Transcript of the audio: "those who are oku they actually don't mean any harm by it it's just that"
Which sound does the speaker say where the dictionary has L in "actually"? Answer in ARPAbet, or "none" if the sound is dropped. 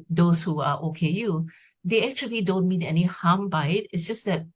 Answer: L